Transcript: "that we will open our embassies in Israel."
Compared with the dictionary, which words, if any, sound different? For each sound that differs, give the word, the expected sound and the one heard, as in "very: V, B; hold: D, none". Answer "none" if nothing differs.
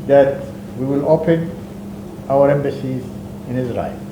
none